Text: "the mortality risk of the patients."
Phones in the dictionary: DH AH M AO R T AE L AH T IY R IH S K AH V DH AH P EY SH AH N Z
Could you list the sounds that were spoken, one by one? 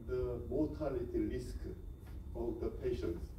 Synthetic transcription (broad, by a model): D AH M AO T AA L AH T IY L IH S K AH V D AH P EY SH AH N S